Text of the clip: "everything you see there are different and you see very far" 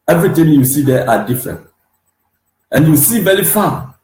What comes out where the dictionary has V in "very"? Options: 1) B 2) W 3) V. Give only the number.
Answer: 1